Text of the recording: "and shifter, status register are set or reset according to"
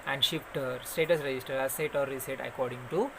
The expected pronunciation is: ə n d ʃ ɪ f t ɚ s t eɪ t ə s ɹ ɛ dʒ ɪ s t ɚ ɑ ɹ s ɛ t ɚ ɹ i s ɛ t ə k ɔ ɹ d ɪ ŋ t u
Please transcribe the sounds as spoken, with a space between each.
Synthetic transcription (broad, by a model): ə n d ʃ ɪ p t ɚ s t eɪ t ə s ɹ ɛ dʒ ɪ s t ɚ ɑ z s ɛ t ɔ ɹ i s ɛ t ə k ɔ ɹ d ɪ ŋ t u